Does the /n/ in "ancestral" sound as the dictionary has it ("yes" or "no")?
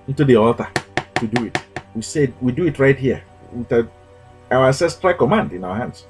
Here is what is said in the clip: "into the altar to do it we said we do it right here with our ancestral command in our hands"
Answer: no